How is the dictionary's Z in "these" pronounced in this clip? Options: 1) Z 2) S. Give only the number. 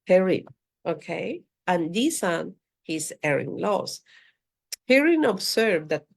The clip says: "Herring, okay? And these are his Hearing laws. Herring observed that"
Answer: 2